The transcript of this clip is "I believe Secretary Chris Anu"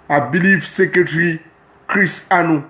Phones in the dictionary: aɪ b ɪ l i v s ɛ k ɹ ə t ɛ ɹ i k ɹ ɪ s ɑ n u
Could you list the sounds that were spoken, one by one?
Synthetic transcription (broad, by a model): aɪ b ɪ l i f s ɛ k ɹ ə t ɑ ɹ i k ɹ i s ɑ n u